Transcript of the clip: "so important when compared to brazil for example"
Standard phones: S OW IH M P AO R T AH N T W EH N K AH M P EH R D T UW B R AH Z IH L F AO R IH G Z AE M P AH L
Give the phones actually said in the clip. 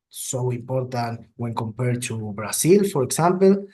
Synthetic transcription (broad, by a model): S OW IH M P AO R T AH N T W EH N K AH M P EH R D T UW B R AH S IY L F AO R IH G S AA M P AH L